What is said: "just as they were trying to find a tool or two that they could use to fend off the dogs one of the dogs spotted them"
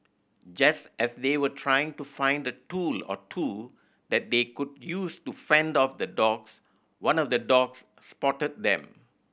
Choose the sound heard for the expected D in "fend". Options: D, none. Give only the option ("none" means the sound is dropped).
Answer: D